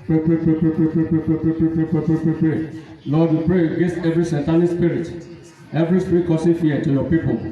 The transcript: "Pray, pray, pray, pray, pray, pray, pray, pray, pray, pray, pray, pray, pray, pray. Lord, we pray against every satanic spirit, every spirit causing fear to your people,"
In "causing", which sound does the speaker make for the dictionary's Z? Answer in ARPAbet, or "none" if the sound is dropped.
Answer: S